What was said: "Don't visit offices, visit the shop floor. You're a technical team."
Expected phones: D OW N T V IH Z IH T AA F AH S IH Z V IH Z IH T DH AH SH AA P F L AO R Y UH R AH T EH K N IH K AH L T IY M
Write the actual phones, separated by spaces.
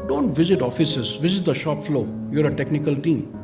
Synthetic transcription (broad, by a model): D OW N T V IH Z IH T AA F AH S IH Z V IH Z IH T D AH SH AA P F L AO Y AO R AH T EH K N IH K AH L T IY M